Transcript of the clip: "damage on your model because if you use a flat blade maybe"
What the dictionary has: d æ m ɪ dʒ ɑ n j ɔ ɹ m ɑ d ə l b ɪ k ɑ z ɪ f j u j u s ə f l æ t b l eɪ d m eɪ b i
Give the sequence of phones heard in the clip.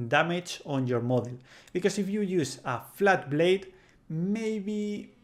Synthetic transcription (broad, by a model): d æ m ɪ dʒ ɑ n j ɔ ɹ m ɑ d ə l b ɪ k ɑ s ɪ f j u j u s ə f l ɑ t b l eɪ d m eɪ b i